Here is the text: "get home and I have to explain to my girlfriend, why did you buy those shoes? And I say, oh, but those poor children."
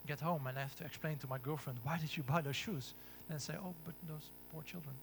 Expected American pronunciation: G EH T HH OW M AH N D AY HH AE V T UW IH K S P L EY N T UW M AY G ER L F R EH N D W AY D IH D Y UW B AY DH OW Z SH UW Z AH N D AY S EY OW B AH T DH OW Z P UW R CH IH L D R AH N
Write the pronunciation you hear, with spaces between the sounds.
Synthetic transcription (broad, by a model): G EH T HH OW M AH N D AY HH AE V T UW IH K S P L EY N T UW M AY G ER L F R EH N D W AY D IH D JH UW B AY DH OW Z SH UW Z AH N S EY OW B AH T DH OW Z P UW R CH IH L D R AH N